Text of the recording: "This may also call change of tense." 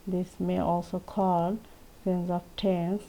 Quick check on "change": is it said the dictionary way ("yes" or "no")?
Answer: no